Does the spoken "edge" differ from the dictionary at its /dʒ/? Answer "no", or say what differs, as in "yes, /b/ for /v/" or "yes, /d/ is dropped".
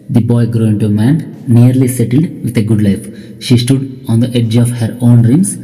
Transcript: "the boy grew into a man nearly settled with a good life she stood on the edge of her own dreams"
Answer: no